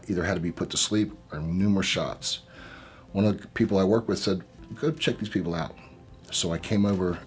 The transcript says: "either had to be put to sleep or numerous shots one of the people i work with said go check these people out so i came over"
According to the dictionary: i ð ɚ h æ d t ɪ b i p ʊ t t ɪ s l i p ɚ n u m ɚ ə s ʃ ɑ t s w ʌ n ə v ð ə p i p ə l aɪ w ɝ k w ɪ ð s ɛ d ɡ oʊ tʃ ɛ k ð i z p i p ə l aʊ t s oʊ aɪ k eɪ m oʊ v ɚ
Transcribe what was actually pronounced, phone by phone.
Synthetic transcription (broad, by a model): i ð ɚ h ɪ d t ɪ b i p ʊ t t ɪ s l i p ɚ n u m ɚ ə s ʃ ɑ t s w ʌ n ə v ð ə p i p l aɪ w ɝ k w ɪ ð s ɛ d ɡ oʊ tʃ ɛ k ð i z p i p l aʊ t s oʊ aɪ k eɪ m oʊ v ɚ